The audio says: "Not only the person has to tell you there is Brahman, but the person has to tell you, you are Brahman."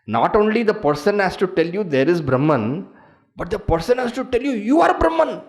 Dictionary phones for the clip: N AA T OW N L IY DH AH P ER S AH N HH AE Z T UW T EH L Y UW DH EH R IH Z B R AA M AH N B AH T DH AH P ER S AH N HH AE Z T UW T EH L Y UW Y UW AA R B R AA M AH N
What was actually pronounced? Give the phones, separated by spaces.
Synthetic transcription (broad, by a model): N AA T OW N L IY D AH P ER S AH N HH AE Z T UW T EH L Y UW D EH R IH Z B R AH M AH N B AH T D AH P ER S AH N HH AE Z T UW T EH L Y UW Y UW AA R B R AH M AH N